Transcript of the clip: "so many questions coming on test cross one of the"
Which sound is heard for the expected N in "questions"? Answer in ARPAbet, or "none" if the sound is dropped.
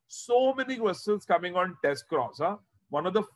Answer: L